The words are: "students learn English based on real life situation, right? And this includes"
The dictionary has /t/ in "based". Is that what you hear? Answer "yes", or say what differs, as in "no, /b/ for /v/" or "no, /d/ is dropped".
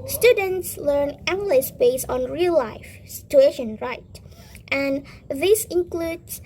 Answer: no, /t/ is dropped